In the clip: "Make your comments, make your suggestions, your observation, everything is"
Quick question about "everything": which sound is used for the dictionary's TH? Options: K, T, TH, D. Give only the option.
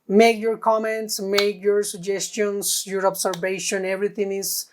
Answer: T